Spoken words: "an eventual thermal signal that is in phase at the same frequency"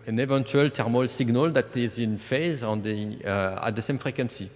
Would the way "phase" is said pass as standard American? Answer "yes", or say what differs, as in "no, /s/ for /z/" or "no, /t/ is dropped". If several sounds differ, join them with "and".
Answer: yes